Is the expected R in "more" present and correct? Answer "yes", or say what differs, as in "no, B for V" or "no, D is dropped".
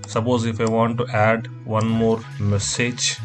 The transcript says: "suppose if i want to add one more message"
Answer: yes